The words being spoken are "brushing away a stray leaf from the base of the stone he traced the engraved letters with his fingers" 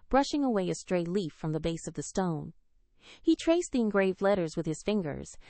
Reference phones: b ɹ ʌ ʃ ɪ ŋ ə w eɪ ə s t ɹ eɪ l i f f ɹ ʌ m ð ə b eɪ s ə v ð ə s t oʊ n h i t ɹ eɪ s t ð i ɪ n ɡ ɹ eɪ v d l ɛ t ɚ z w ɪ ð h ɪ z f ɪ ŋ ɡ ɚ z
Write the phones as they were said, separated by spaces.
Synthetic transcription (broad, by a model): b ɹ ʌ ʃ ɪ ŋ ə w eɪ ə s t ɹ eɪ l i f f ɹ ʌ m ð ə b eɪ s ə v ð ə s t oʊ n h i t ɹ eɪ s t ð i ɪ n ɡ ɹ eɪ v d l ɛ t ɚ z w ɪ ð ɪ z f ɪ ŋ ɡ ɚ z